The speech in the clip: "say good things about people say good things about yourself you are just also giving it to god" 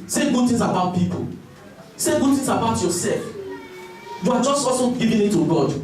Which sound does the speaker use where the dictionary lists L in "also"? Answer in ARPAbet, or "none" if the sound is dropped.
none